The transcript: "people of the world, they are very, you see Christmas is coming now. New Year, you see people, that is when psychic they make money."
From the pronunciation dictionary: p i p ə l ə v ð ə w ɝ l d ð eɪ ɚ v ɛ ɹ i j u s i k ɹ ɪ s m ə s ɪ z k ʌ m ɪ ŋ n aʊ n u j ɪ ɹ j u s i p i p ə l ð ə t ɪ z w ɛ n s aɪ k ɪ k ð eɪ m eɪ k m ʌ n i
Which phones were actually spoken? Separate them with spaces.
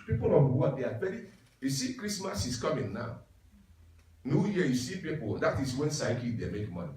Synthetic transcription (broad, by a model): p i p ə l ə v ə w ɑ d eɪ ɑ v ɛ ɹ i j u s i k ɹ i s m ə s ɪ s k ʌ m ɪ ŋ n aʊ n u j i j u s i p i p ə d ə t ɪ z w ɛ n s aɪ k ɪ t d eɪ m eɪ k m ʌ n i